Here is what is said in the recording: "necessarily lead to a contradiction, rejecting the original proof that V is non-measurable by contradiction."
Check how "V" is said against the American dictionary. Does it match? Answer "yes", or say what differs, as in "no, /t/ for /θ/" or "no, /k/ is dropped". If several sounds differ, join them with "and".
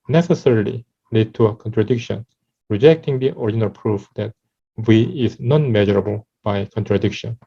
no, /w/ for /v/